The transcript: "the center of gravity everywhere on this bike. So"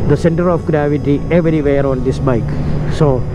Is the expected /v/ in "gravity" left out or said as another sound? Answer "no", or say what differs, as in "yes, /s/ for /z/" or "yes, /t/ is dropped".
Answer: no